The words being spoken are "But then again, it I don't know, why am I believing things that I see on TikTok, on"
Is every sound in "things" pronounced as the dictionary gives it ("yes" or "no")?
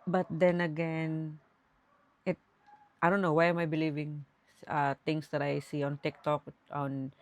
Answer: no